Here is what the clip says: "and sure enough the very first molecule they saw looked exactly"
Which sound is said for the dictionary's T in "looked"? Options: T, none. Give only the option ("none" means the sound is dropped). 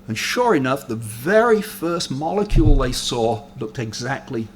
T